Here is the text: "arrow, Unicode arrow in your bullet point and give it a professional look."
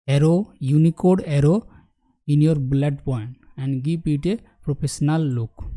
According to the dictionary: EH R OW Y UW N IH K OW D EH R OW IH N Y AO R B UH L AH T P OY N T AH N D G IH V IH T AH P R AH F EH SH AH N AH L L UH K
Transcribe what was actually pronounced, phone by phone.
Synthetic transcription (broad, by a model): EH R OW Y UW N IH K OW D EH R OW IH N Y AO R B L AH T P OY N T AH N D G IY P IH T AH P R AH P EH S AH N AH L L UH K